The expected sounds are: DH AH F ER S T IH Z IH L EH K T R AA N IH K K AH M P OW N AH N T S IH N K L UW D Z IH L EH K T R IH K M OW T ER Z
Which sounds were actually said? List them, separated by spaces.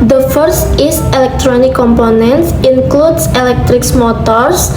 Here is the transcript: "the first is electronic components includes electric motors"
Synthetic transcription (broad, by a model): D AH F ER S T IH S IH L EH K T R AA N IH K K AH M P OW N AH N T S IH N K L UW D S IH L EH K T R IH K M OW T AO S